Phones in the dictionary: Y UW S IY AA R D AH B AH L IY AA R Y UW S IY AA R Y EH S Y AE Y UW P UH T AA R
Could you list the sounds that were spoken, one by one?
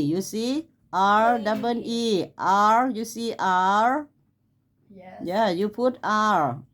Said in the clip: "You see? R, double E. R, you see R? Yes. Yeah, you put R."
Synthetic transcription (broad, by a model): Y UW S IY AA R D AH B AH N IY AA R Y UW S IY AA R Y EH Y Y UW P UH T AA R